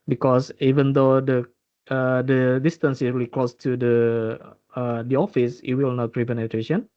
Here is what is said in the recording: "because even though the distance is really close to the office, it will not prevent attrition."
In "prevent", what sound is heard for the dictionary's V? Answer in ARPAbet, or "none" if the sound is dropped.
P